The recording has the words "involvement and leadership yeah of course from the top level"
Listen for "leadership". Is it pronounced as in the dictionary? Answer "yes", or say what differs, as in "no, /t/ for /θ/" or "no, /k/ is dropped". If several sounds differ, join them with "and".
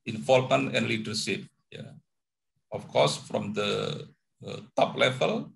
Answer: no, /s/ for /ʃ/